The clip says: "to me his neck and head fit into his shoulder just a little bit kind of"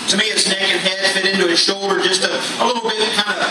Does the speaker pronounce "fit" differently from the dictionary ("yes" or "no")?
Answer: no